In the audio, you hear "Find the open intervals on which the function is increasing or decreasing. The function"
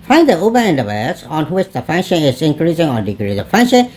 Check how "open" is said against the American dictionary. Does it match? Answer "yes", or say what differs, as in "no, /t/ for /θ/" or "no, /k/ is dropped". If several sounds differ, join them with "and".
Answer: no, /b/ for /p/